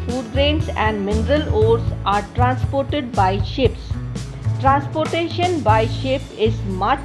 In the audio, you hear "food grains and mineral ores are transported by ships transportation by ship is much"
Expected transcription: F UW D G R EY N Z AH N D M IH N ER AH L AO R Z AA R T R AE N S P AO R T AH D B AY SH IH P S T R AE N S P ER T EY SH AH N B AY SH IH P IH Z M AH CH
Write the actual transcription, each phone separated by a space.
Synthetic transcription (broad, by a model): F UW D G R EY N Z AH N D M IH N ER AH L AO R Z AA R T R AE N S P AO R T AH D B AY SH IH P S T R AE N S P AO T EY SH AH N B AY SH IH P IH Z M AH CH